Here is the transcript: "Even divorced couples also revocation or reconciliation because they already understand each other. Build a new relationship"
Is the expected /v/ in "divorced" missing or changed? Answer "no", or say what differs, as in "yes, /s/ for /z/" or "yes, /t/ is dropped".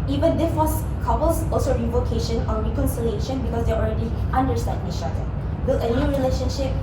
yes, /w/ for /v/